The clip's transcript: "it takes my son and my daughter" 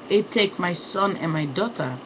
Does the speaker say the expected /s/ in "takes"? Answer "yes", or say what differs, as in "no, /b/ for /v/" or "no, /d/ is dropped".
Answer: no, /s/ is dropped